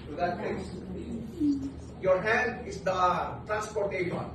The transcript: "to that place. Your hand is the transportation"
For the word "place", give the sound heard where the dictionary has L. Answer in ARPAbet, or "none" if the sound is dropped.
none